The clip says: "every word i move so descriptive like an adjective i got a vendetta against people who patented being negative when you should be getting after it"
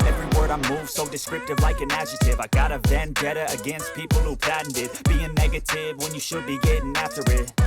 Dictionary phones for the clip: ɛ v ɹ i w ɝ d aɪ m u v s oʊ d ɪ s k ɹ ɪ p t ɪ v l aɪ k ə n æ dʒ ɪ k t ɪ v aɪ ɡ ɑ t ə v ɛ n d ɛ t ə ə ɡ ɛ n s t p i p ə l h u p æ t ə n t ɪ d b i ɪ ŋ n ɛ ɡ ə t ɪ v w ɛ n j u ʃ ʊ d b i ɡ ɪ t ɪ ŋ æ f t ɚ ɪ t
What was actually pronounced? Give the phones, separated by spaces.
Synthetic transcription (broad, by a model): ɛ v ɹ i w ɝ d aɪ m u v s oʊ d ɪ s k ɹ ɪ p t ɪ v l aɪ k ə n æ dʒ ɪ t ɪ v aɪ ɡ ɑ t ə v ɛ n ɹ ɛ t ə ə ɡ ɛ n s t p i p l h u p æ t n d ɪ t b i ɪ ŋ n ɛ ɡ ə t ɪ v w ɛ n j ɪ ʃ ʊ d b i ɡ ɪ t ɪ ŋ æ f t ɚ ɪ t